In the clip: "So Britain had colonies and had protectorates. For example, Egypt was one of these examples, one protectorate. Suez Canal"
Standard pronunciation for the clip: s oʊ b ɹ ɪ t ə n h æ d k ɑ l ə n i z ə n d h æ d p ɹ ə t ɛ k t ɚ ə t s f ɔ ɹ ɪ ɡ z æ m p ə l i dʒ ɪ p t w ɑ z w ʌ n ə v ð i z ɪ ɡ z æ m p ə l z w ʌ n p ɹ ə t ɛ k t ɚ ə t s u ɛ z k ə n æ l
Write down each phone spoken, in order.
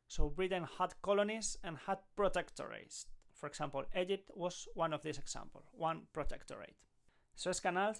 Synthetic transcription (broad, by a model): s oʊ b ɹ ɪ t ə n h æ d k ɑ l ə n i s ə n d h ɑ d p ɹ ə t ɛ k t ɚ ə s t f ɔ ɹ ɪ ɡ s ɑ m p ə l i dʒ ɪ p t w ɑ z w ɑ n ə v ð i s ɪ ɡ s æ m p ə l w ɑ n p ɹ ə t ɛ k t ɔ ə t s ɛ s k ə n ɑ l